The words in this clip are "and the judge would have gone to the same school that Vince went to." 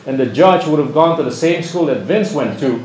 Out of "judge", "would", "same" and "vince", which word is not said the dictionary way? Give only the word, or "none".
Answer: none